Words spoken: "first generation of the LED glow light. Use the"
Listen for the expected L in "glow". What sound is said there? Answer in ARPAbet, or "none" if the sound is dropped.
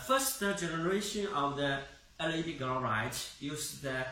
none